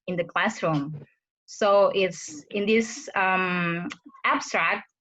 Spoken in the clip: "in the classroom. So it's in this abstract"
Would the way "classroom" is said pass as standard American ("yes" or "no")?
yes